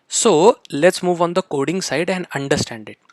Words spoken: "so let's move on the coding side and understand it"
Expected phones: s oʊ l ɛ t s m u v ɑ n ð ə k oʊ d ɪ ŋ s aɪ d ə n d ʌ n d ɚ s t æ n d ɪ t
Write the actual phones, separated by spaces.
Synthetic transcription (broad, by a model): s oʊ l ɛ t s m u v ɑ n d ə k oʊ d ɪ ŋ s aɪ d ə n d ʌ n d ɚ s t æ n d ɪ t